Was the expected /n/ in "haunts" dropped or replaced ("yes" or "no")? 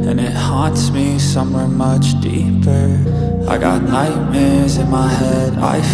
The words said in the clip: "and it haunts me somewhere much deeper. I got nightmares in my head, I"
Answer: no